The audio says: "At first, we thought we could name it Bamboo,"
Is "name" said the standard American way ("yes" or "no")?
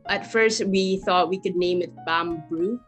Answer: yes